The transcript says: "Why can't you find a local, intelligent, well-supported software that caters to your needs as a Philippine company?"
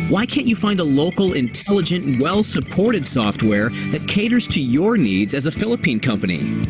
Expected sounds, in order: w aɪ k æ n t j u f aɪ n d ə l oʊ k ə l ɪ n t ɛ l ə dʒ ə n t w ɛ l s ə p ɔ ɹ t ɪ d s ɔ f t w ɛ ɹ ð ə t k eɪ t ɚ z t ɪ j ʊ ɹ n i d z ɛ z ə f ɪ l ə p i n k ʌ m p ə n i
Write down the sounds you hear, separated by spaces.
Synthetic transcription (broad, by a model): w aɪ k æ n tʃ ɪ f aɪ n d ə l oʊ k l ɪ n t ɛ l ə dʒ ə n t w ɛ l s ə p ɔ ɹ t ɪ d s ɔ f t w ɛ ɹ ð ə t k eɪ t ɚ z t ɪ j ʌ ɹ n i d z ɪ z ə f ɪ l ə p i n k ʌ m p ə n i